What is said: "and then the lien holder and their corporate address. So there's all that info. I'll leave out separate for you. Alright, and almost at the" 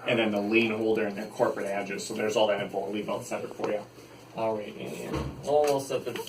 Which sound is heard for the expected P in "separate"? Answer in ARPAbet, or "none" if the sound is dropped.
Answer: none